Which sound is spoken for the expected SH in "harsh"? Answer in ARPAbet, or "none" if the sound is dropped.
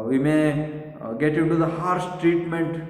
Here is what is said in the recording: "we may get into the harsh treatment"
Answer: S